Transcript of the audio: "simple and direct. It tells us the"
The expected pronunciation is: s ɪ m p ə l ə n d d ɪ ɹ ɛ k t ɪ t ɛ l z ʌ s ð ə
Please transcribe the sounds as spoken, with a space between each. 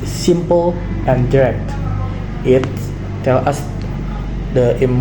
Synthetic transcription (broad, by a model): s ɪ m p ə l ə n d d ɪ ɹ ɛ k t ɪ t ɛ l ʌ s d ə